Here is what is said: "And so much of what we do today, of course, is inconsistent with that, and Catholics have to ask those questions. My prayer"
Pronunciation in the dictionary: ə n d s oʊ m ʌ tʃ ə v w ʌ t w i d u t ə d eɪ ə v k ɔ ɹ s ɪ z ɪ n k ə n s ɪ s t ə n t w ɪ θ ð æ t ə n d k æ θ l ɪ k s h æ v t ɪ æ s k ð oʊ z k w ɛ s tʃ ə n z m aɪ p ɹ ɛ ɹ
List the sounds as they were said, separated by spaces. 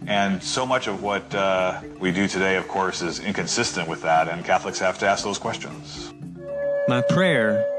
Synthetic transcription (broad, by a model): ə n s oʊ m ʌ tʃ ə v w ʌ t w i d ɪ t ə d eɪ ə v k ɔ ɹ s ɪ z ɪ n k ə n s ɪ s t ə n t w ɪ ð æ t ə n k æ θ l ɪ k s h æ f t ɪ æ s k ð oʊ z k w ɛ s tʃ ə n z m aɪ p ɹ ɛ ɹ